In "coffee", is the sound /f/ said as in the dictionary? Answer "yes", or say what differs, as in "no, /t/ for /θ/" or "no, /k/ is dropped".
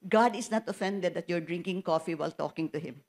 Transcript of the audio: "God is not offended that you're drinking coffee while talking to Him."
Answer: yes